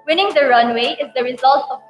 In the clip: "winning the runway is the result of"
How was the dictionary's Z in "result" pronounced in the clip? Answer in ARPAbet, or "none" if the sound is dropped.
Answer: Z